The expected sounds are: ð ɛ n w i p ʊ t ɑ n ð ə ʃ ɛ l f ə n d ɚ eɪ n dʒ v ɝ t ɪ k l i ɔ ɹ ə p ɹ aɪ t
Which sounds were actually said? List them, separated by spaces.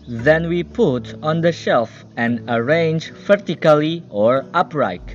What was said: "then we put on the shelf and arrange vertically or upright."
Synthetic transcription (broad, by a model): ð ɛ n w i p ʊ t ɑ n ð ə ʃ ɛ l f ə n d ɚ eɪ n dʒ f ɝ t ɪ k l i ɔ ɹ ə p ɹ aɪ t